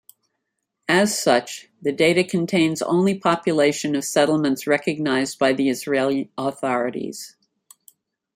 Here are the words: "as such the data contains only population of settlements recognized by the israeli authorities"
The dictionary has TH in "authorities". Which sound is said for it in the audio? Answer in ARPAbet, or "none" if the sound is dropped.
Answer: TH